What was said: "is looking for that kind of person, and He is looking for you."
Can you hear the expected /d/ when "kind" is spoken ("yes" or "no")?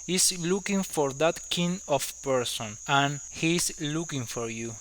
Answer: no